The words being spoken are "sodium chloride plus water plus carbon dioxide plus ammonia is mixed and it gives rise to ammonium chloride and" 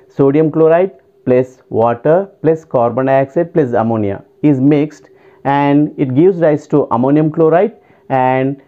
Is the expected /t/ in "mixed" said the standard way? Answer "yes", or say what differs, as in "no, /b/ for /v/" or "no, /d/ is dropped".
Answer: yes